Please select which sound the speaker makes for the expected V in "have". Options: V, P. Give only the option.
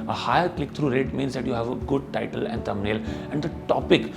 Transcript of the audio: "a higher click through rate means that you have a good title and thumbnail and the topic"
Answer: V